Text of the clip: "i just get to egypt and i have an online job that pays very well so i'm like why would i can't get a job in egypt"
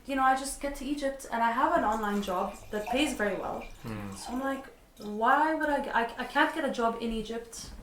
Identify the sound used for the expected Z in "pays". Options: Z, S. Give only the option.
Z